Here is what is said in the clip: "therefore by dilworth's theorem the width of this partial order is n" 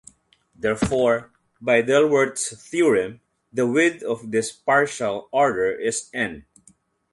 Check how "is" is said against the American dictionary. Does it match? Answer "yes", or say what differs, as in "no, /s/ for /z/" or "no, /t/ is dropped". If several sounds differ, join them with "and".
no, /s/ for /z/